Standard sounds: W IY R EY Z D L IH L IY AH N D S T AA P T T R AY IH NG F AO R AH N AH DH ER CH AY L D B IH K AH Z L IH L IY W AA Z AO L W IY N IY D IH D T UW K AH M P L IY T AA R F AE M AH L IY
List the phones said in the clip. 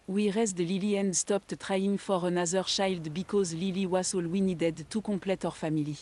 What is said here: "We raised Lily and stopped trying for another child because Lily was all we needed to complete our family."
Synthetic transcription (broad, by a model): W IY R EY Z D L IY L IY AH N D S T AA P T T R AY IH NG F AO R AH N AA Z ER SH AY L D B IH K AH Z L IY L IY W AA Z AO L W IY N IY D IH D T UW K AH P L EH T AA R F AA M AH L IY